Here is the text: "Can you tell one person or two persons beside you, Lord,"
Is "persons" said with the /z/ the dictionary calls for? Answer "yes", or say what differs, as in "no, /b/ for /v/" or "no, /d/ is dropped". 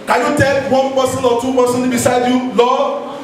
no, /z/ is dropped